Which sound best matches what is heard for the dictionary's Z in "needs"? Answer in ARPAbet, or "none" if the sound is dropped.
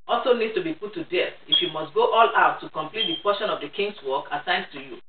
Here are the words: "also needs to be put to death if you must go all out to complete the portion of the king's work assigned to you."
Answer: none